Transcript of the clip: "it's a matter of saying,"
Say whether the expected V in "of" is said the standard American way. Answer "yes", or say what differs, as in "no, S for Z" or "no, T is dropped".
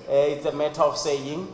no, F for V